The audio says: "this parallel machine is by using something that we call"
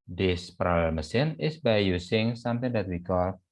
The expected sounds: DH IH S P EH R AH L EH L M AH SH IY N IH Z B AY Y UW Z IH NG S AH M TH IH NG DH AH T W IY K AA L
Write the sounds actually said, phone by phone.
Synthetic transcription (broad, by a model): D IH S P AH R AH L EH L M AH S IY N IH S B AY Y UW S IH NG S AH M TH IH NG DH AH T W IY K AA L